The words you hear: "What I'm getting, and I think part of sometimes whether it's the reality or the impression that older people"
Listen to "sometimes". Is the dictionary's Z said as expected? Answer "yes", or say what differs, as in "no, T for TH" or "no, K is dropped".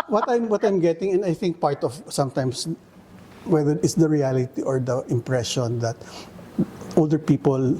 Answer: no, S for Z